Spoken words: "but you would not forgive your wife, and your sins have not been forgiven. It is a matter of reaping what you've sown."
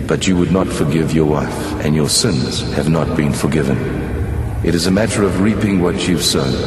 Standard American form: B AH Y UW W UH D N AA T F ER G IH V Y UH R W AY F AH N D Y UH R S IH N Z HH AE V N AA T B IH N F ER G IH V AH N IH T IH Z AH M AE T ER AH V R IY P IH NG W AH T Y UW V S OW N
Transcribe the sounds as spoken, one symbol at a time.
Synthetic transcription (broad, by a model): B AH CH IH W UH D N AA T F ER G IH V Y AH R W AY F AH N Y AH R S IH N Z HH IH V N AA T B IH N F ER G IH V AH N IH T IH Z AH M AE T ER AH V R IY P IH NG W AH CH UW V S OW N